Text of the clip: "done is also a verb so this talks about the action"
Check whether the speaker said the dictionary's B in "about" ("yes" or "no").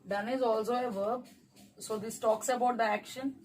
yes